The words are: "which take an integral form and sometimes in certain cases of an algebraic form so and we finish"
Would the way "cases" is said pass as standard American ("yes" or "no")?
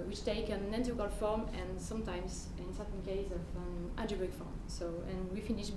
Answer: no